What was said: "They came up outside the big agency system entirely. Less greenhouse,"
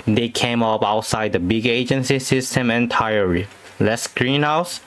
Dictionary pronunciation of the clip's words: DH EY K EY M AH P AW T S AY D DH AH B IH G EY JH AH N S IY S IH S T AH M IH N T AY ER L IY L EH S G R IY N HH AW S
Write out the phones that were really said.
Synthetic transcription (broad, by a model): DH EY K EY M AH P AW T S AY D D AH B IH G EY JH AH N S IY S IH S T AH M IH N T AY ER IY L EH S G R IY N HH AW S